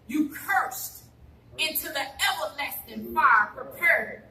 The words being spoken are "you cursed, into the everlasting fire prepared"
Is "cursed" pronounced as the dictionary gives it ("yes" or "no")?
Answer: yes